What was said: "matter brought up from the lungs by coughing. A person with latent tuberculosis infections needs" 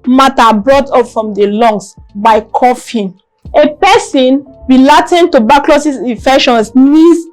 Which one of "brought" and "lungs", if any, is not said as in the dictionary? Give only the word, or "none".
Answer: lungs